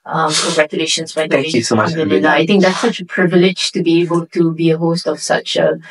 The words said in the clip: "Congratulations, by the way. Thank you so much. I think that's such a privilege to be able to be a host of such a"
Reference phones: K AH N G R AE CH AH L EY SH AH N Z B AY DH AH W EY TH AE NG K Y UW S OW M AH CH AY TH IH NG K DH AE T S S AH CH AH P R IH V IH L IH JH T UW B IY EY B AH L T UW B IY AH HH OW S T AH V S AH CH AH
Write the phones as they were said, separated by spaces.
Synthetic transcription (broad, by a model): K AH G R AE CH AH L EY SH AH N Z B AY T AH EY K Y UW S OW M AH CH AY T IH NG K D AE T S S AH CH AH P R IH V IH L IH JH T UW B IY EY B AH L T UW B IY AH HH OW S T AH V S AH CH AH